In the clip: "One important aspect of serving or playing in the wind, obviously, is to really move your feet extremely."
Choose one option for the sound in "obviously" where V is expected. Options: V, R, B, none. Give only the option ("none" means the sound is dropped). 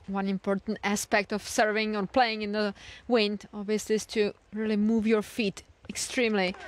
V